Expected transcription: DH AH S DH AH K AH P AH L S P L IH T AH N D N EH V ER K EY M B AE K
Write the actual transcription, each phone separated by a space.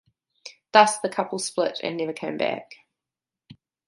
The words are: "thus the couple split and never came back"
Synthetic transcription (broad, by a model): DH AH S DH AH K AH P AH L S P L IH T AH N N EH V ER K EY M B AE K